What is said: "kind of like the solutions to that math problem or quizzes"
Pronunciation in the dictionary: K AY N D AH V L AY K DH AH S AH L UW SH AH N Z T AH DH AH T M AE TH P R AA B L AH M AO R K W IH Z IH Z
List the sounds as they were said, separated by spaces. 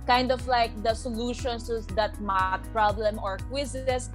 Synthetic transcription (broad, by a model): K AY N D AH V L AY K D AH S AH L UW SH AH N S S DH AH T M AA T P R AA B L AH M AO R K W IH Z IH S